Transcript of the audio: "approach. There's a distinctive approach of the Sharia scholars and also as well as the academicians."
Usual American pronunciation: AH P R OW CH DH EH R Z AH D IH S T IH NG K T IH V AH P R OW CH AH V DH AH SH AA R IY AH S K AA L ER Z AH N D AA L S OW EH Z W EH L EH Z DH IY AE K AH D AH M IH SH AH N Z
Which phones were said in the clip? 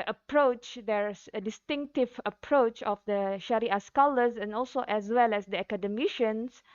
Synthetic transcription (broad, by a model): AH P R OW CH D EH R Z AH D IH S T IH NG K T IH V AH P R OW CH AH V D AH SH AA R IY AH S K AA L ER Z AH N AA L S OW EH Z W EH L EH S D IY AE K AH D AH M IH SH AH N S